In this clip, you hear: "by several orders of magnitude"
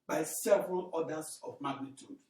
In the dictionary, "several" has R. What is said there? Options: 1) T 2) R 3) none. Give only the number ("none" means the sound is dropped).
2